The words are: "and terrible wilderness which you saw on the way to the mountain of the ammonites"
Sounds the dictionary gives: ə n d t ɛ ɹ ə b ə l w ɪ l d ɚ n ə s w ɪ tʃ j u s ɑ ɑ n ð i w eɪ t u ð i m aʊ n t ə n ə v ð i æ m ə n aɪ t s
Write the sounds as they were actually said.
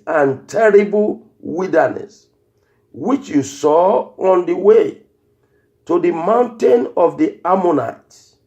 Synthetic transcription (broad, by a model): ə n t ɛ ɹ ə b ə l w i d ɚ n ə s w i tʃ j u s ɑ ɑ n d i w eɪ t u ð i m aʊ n t ə n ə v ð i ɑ m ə n aɪ t